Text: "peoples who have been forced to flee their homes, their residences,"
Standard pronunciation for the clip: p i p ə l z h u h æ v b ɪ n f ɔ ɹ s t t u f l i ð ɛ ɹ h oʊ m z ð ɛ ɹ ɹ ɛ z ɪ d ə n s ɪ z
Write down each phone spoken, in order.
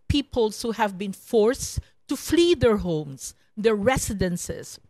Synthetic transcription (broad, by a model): p i p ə l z h u h æ v b ɪ n f ɔ ɹ s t t u f l i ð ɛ ɹ h oʊ m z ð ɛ ɹ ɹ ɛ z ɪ d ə n s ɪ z